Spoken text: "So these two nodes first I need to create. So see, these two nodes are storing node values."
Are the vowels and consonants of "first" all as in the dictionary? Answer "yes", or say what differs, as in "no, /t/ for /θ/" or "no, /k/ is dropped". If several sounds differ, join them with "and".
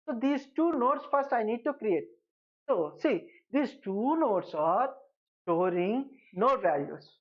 yes